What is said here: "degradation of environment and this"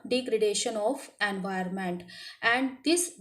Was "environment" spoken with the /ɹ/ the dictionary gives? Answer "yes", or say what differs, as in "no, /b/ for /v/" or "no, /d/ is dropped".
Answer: no, /ɹ/ is dropped